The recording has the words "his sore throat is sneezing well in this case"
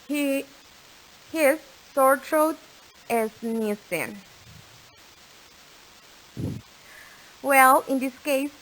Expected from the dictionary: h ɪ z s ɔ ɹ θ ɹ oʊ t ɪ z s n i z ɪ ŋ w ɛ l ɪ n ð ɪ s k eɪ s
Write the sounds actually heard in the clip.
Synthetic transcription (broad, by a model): h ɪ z s ɔ ɹ t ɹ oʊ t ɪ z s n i s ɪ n w ɛ l ɪ n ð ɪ s k eɪ s